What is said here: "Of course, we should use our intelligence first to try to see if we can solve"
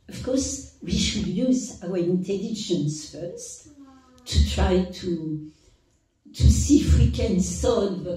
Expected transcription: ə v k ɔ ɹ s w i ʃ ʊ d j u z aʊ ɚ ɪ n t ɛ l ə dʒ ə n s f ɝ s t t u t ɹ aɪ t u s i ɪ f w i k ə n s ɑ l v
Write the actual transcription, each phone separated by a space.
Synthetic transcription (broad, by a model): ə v k ɔ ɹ s w i ʃ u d j u z aʊ ɚ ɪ n t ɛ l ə ʃ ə n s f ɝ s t t u t ɹ aɪ t u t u ɪ f w i k ə n s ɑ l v